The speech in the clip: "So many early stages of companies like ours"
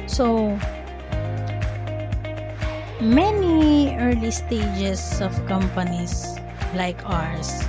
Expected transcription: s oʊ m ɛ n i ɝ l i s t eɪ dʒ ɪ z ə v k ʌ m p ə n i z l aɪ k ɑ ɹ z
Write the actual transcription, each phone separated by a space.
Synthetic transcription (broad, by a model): s oʊ m ɛ n i ɝ l i s t eɪ dʒ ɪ s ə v k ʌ m p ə n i s l aɪ k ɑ ɹ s